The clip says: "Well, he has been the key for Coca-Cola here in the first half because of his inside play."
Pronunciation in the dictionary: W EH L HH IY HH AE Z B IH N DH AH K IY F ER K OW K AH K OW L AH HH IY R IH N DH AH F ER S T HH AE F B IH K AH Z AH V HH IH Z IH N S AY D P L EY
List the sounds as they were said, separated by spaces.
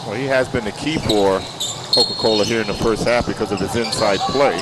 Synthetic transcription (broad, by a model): W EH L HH IY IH Z B IH N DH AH K IY F ER K OW K AH K OW L AH HH IY R IH N DH AH F ER S T HH AE F B IH K AH Z AH V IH Z IH N S AY D P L EY